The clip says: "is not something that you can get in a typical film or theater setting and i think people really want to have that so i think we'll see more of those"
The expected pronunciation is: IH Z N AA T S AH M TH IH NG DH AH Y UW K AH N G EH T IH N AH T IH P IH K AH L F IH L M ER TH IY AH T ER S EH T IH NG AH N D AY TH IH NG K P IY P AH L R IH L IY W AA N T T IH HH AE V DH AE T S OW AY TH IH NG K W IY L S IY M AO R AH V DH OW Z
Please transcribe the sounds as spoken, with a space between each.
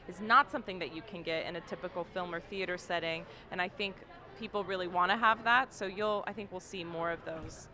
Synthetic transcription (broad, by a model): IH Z N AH T S AH M TH IH NG DH AH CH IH K AH N G EH T IH N AH T IH P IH K L F IH L M ER TH IY AH T ER S EH T IH NG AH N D AY TH IH NG K P IY P L R IH L IY W AA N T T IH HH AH V DH AE T S OW AY TH IH NG K W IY L S IY M AO R AH V DH OW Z